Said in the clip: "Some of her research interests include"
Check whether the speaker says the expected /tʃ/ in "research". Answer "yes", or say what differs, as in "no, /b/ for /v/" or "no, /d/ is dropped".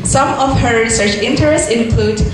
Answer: yes